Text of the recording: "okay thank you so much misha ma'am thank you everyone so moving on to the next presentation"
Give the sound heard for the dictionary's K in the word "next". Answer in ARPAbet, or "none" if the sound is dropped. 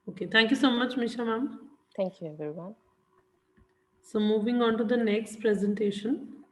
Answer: K